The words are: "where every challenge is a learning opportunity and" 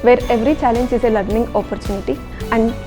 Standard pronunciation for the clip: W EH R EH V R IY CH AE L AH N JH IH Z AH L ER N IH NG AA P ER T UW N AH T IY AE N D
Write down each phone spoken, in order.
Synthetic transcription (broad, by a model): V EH R EH V R IY CH AE L AH N JH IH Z AH L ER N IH NG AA P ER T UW N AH T IY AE N D